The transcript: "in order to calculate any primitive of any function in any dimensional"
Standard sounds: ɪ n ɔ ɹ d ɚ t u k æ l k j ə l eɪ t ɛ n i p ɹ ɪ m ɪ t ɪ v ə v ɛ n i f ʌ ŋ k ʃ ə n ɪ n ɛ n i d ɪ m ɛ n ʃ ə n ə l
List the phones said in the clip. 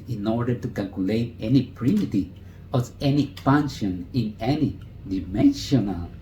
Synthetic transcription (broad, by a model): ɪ n ɔ ɹ d ɚ t u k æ l k j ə l eɪ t ɛ n i p ɹ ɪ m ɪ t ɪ ə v ɛ n i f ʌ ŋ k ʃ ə n ɪ n ɛ n i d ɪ m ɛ n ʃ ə n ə l